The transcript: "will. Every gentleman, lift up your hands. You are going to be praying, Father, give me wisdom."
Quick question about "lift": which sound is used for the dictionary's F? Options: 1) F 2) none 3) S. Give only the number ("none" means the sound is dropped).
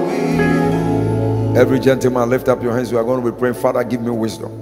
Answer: 1